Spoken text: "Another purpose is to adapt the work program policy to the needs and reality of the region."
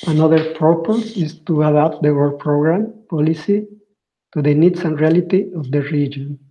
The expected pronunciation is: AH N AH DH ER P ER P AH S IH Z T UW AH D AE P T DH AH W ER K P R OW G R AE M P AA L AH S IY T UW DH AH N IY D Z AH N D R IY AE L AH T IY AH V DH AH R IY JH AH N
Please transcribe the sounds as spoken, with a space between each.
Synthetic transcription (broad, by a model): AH N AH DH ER P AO P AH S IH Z T UW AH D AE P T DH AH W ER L P R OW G R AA M P AA L AH S IY T UW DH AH N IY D S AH N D R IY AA L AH T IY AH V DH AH R IY JH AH N